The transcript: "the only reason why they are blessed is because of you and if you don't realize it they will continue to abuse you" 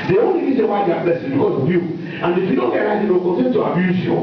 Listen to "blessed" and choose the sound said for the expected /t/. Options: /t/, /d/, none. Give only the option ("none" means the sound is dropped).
none